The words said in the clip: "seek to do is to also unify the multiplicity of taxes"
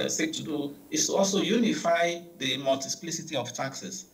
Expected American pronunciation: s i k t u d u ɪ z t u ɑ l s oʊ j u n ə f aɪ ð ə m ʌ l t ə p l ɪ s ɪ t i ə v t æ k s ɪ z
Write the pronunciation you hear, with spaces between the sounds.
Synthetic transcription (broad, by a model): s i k t u d u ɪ s t u ɑ l s oʊ j u n ə f aɪ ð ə m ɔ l t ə p l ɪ s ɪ t i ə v t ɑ k s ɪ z